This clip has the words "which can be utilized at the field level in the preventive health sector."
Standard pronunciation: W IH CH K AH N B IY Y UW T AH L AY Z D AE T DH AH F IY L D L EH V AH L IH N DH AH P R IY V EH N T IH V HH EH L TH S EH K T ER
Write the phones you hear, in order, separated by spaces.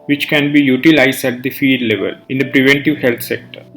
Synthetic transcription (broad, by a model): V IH CH K AH N B IY Y UW T AH L AY Z D AE T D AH F IY D L EH V AH L IH N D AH P R IY V EH N T IH V HH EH L T S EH K T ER